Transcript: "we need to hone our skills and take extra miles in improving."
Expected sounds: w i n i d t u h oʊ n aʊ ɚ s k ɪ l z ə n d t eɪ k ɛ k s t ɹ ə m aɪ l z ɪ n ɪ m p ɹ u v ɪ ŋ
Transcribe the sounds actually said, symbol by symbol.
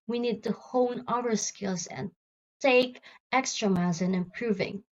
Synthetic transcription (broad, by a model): w i n i d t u h oʊ n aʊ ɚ s k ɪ l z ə n t eɪ k ɛ k s t ɹ ə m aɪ z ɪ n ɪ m p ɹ u v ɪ ŋ